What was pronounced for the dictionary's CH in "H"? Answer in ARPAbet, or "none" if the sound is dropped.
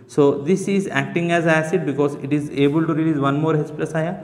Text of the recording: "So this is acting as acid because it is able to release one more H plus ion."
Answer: S